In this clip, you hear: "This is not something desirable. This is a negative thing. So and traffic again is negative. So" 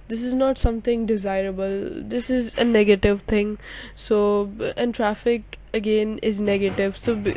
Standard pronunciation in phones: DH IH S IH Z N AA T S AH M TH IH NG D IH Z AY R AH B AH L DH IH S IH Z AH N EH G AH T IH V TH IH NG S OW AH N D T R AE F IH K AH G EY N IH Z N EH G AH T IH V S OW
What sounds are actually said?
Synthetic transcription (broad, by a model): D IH S IH Z N AA T S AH M T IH NG D IH Z AY R AH B AH L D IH S IH Z AH N EH G AH T IH V T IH NG S OW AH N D T R AE F IH K AH G EY N IH Z N EH G AH T IH V S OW